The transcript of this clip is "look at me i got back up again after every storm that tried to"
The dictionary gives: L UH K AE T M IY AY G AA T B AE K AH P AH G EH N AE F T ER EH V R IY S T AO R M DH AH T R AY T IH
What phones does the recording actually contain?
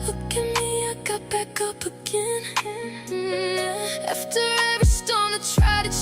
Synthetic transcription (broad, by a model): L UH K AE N M IY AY G AA T B AE K AH P AH G EH N AE F T ER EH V IY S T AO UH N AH T R AY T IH